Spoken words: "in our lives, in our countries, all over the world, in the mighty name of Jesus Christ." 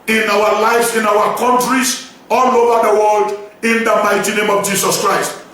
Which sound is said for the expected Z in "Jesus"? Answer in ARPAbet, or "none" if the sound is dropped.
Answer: S